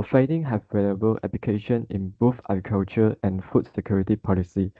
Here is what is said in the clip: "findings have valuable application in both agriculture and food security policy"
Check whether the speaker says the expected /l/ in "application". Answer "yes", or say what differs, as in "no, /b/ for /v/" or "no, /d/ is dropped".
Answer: no, /l/ is dropped